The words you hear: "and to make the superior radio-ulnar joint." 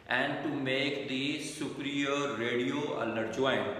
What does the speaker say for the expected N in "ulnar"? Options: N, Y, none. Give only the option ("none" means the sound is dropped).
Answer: none